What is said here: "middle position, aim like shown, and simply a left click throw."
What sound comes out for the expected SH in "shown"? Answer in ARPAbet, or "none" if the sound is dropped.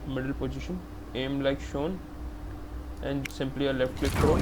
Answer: SH